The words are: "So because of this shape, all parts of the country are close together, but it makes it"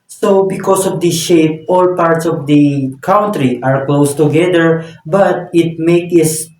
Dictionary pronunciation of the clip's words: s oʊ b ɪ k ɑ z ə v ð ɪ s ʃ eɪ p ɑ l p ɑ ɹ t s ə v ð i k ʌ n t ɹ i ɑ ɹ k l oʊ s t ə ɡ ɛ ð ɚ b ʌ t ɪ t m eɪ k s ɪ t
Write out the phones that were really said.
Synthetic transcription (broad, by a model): s oʊ b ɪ k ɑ s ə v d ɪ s ʃ eɪ p ɑ l p ɑ ɹ t s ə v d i k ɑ n t ɹ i ɑ ɹ k l oʊ s t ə ɡ ɛ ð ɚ b ʌ t ɪ t m eɪ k ɪ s